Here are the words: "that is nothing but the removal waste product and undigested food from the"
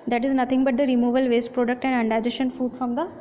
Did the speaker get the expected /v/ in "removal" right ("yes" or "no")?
yes